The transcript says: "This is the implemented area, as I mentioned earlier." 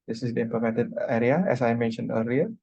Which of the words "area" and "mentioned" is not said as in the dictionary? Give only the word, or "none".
mentioned